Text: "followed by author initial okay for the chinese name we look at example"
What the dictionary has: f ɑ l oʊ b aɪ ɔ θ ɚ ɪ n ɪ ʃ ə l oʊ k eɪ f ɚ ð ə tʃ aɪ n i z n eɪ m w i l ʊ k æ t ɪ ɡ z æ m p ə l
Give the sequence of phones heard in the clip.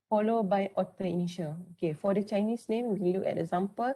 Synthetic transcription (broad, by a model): f ɑ l oʊ b aɪ ɔ t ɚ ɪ n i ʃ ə l oʊ k eɪ f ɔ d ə tʃ aɪ n i s n eɪ m w i l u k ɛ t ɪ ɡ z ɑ m p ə l